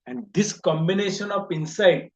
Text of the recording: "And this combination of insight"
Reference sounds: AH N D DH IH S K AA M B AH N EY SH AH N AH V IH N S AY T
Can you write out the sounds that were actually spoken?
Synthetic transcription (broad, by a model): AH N D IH S K AA M B AH N EY SH AH N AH P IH N S AY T